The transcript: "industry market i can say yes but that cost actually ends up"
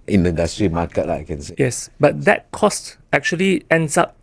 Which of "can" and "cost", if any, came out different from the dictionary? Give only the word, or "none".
none